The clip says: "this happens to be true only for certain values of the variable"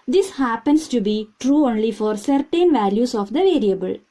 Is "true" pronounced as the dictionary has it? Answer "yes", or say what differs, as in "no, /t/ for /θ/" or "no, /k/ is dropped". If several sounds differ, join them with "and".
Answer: yes